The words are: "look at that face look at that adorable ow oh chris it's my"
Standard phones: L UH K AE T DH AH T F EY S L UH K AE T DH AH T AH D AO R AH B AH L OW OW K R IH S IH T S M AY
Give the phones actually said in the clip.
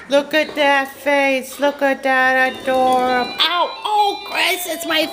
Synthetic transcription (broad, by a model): L UH K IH T DH AH T F EY S L UH K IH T DH AH T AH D AO R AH AH OW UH K R IH S IH T S M AY